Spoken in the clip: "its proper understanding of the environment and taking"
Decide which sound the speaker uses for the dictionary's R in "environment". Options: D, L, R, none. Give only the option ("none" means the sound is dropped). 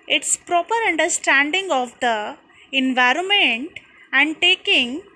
R